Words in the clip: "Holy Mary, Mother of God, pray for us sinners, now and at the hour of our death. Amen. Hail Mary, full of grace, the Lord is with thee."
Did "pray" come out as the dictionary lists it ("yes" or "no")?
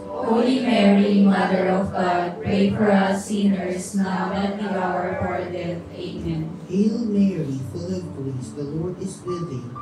no